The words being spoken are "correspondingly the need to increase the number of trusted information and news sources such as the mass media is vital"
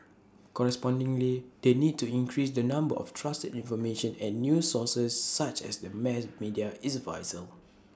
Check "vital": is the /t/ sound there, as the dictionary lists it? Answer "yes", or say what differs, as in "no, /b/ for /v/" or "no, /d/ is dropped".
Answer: no, /s/ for /t/